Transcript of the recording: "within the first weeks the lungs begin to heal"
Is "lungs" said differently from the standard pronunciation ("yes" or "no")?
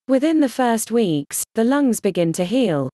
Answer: no